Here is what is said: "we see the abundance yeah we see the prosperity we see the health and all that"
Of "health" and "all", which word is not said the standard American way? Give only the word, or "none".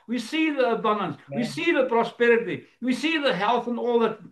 none